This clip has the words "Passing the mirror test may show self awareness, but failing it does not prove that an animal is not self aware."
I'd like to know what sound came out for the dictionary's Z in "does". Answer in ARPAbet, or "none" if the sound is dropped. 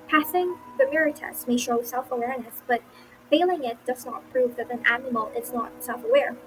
Z